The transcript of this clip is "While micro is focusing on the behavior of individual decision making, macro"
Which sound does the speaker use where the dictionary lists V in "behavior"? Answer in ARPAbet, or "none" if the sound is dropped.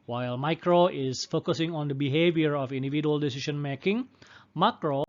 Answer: V